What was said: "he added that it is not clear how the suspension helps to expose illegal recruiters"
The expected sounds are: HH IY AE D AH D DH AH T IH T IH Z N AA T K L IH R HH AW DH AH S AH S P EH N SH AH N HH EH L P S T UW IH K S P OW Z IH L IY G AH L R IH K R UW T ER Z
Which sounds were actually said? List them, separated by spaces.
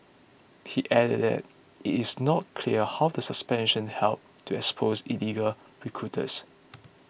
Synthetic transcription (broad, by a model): HH IY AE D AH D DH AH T IH T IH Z N AA T K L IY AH HH AW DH AH S AH S P EH N SH AH N HH EH L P T UW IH K S P OW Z IH L IY G AH L R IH K R UW T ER S